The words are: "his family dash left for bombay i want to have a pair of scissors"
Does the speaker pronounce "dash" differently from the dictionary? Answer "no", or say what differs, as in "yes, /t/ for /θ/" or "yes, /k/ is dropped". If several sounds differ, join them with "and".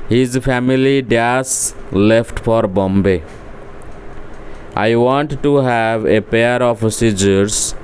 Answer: yes, /s/ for /ʃ/